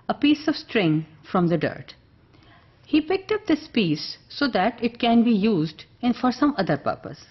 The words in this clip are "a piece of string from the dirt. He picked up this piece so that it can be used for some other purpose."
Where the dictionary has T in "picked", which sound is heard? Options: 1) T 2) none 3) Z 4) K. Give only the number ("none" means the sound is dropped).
1